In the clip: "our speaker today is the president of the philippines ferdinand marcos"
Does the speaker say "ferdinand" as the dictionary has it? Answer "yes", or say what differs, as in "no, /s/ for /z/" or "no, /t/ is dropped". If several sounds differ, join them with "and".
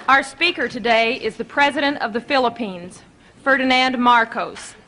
yes